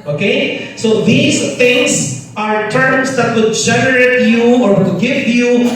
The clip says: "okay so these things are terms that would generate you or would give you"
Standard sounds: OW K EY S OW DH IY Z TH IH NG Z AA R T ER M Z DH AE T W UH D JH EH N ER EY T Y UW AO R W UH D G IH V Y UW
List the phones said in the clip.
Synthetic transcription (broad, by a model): OW K EY S OW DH IY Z T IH NG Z AA R T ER M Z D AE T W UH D JH EH N ER EY T Y UW AO R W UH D G IH V Y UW